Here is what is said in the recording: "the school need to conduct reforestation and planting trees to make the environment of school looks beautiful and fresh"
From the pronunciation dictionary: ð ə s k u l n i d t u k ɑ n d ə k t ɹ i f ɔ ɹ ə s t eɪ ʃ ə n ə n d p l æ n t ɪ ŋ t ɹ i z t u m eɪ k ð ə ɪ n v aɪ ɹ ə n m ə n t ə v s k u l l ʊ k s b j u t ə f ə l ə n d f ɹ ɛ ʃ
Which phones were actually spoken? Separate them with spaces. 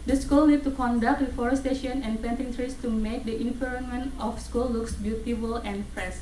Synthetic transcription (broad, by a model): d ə s k u l n i d t u k ɑ n d ə k t w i f ɔ ɹ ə s t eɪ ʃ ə n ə n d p ɛ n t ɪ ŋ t ɹ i s t u m eɪ k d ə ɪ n f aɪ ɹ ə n m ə n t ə f s k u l l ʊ k s b j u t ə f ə l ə n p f ɹ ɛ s